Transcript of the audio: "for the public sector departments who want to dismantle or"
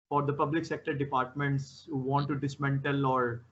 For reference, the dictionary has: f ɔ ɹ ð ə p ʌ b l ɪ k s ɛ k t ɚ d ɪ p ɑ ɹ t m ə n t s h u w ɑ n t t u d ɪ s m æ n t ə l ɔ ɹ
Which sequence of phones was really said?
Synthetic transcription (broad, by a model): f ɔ ɹ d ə p ʌ b l ɪ k s ɛ k t ɚ d ɪ p ɑ ɹ t m ə n t s h u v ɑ n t t u d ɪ s m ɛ n t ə l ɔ ɹ